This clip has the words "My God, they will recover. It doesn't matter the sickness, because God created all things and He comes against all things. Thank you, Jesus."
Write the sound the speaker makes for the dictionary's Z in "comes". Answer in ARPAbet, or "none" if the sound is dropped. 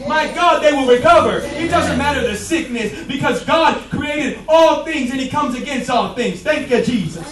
Z